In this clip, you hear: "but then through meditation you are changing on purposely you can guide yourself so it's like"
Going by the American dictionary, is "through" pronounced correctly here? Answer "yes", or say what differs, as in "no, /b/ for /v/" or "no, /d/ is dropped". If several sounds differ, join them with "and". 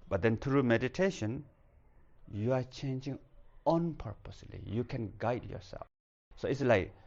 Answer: no, /t/ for /θ/